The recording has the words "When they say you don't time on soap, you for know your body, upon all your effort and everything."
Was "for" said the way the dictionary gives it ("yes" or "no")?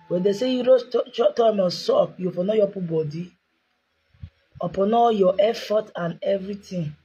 no